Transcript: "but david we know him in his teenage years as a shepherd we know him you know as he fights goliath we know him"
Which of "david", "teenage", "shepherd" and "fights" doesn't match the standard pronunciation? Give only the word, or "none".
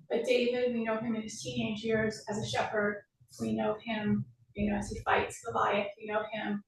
none